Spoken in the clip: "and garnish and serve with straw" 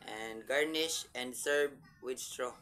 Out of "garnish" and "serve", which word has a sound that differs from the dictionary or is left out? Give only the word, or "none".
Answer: serve